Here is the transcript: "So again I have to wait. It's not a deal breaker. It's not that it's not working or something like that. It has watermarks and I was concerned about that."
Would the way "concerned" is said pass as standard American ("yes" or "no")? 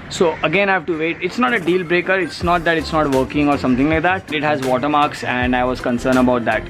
no